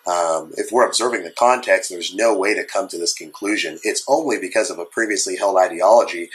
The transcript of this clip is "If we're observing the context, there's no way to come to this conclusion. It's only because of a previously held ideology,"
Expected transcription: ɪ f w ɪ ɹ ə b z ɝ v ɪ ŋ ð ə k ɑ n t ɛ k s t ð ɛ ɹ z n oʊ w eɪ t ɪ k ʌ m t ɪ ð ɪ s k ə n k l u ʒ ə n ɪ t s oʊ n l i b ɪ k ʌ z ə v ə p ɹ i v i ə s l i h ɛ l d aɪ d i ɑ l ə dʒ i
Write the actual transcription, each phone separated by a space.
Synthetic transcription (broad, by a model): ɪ f w ɪ ɹ ə b z ɝ v ɪ ŋ ð ə k ɑ n t ɛ k s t ð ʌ ɹ z n oʊ w eɪ t ɪ k ʌ m t ɪ ð ɪ s k ə n k l u ʒ ə n ɪ t s oʊ n l i b ɪ k ʌ z ə v ə p ɹ i v i ə s l i h ɛ l d aɪ d i ɑ l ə dʒ i